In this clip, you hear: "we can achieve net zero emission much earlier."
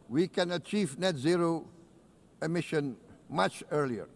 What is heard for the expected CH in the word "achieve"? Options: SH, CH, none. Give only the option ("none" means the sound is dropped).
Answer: CH